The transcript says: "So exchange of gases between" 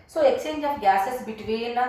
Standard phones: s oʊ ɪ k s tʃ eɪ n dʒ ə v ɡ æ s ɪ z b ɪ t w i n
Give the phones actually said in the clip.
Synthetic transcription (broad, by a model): s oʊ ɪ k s eɪ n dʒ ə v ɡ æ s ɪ s b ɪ t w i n